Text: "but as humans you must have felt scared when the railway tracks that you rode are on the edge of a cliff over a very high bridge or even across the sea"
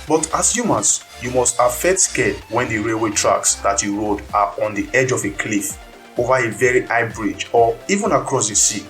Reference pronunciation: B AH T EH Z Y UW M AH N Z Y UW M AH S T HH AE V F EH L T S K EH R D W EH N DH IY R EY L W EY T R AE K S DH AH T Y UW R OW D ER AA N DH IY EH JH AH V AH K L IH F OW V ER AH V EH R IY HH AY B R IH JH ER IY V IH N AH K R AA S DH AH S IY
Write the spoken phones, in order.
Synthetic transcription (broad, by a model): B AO T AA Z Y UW M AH N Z Y UW M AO S T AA F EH T S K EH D W EH N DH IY R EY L W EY T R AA K S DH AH T Y UW R OW D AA AA N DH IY EH JH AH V AH K L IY F OW V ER AH V EH R IY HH AY B R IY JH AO IY V IH N AH K R AA S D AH S IY